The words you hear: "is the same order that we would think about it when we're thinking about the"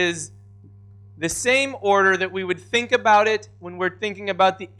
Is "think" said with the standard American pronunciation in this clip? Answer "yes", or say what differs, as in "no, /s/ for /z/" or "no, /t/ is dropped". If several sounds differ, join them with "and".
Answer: yes